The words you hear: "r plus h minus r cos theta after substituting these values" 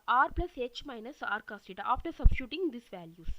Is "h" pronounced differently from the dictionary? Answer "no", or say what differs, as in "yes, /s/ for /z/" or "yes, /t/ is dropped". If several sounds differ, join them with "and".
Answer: no